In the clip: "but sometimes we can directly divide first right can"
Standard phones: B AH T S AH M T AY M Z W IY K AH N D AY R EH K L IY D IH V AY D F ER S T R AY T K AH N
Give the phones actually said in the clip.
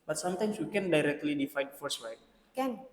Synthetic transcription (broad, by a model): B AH T S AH M T AY M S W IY K AH N D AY R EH K L IY D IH F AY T F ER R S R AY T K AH N